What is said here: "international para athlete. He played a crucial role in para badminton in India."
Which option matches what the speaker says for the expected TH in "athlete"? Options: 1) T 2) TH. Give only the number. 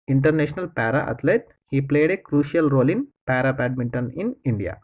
1